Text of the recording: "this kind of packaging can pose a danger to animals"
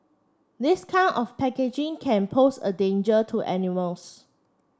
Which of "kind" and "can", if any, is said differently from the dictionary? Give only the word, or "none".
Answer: kind